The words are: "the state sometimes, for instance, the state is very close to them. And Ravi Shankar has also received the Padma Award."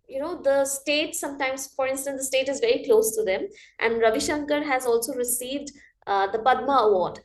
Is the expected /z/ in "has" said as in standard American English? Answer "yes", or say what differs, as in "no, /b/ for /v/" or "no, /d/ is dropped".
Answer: yes